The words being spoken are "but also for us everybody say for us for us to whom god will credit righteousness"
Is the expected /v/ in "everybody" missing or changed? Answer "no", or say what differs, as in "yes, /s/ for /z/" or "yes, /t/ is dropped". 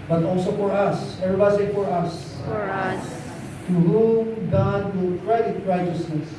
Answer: yes, /v/ is dropped